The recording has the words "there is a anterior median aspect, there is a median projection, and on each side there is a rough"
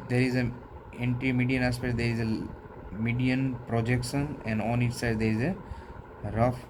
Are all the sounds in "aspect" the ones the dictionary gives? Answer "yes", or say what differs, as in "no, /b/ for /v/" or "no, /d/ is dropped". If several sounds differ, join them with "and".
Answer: no, /k/ is dropped